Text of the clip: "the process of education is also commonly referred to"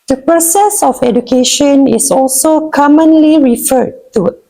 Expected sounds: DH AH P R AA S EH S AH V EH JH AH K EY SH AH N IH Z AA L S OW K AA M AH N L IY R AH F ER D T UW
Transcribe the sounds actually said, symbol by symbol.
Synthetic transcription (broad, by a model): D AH P R AA S EH S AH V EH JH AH K EY SH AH N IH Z AA L S OW K AA M AH N L IY R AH F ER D T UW